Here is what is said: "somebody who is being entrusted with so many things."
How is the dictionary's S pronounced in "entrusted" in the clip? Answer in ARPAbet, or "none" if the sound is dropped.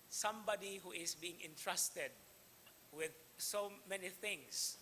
S